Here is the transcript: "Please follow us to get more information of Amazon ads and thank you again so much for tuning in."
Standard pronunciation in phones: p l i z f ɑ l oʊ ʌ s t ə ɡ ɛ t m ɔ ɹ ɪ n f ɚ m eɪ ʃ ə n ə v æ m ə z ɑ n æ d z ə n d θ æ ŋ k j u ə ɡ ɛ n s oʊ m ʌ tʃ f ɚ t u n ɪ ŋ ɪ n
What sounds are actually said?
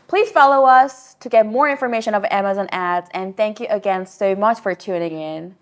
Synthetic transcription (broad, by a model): p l i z f ɑ l oʊ ʌ s t ə ɡ ɛ t m ɔ ɹ ɪ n f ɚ m eɪ ʃ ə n ə v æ m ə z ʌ n æ d z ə n θ æ ŋ k j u ə ɡ ɛ n s oʊ m ʌ tʃ f ɚ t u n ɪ ŋ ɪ n